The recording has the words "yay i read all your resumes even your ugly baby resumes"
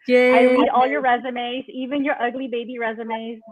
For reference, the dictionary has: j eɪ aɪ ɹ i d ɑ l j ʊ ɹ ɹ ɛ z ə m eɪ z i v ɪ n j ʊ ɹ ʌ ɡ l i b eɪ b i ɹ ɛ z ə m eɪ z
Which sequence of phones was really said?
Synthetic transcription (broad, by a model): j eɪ aɪ w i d ɑ l j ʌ ɹ ɹ ɛ z ə m eɪ z i v ɪ n j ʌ ɹ ʌ ɡ l i b eɪ b i ɹ ɛ z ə m eɪ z